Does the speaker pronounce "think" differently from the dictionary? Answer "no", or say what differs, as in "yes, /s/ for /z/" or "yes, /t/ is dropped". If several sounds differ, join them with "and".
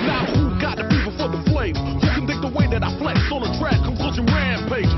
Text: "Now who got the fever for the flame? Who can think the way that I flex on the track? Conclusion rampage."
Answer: yes, /t/ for /θ/ and /ŋ/ is dropped